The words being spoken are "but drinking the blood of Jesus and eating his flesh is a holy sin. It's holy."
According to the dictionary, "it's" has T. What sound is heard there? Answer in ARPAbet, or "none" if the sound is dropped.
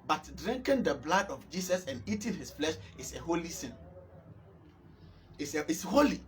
S